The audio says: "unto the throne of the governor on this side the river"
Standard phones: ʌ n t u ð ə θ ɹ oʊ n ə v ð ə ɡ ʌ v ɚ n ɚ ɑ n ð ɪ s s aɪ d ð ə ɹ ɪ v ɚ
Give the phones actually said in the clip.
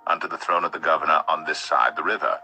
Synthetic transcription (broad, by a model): ʌ n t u ð ə θ ɹ oʊ n ə v ð ə ɡ ʌ v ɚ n ɚ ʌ n ð ɪ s s aɪ d ð ə ɹ ɪ v ɚ